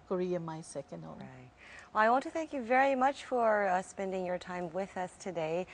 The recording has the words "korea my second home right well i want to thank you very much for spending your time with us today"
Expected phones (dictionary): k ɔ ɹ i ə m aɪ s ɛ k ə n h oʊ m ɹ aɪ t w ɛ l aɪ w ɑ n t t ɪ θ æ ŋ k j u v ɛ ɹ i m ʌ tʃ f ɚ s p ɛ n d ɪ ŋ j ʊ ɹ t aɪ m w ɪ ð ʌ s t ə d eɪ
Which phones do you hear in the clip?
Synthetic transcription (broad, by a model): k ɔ ɹ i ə m aɪ s ɛ k ə n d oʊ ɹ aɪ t w ɛ l aɪ w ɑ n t t ɪ θ æ ŋ k j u v ɛ ɹ i m ʌ tʃ f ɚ s p ɛ n d ɪ ŋ j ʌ ɹ t aɪ m w ɪ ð ʌ s t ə d eɪ